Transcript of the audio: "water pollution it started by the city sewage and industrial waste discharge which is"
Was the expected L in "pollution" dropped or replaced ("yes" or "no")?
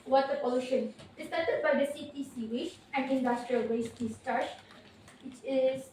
yes